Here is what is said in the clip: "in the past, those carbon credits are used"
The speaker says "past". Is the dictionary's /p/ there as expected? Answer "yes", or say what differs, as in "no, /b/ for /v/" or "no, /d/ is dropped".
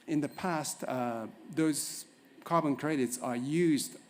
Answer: yes